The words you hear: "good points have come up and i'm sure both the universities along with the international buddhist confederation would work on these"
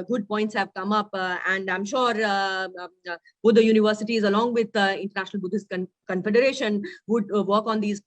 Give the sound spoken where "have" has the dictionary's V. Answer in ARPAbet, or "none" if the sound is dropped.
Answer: V